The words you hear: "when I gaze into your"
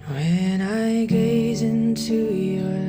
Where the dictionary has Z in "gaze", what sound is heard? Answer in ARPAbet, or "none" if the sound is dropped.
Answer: Z